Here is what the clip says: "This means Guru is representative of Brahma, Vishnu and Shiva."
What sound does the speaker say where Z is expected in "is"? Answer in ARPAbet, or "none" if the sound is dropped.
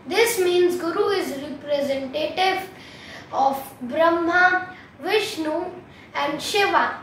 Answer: Z